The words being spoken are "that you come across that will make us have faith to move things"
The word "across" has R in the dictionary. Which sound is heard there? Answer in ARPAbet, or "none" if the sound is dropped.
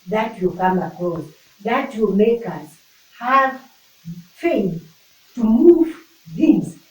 none